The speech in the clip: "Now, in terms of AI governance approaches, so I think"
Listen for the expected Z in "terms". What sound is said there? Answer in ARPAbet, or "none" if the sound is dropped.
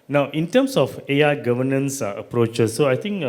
S